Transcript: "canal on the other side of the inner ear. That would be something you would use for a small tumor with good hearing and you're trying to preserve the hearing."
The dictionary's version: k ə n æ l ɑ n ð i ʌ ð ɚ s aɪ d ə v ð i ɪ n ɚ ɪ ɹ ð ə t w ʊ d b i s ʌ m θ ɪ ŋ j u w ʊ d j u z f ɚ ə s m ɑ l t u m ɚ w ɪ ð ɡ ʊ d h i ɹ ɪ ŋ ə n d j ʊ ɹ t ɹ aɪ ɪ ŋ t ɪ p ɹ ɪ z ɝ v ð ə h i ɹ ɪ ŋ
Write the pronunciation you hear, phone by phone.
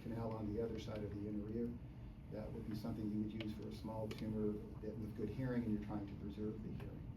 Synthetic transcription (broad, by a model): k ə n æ l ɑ n ð i ʌ ð ɚ s aɪ d ə v ð i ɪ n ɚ ɪ ɹ ð ə t w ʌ d b i s ʌ m θ ɪ ŋ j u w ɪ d j u z f ɚ ə s m ɑ l t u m ɚ w ɪ ð ɡ ʊ d h i ɹ ɪ ŋ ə n j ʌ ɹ t ɹ aɪ ɪ ŋ t ɪ p ɹ ɪ z ɝ v ð ə h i ɹ ɪ ŋ